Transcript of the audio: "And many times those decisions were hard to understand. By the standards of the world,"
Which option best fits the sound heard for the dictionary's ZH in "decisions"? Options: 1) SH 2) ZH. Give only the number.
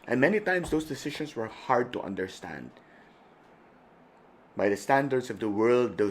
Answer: 1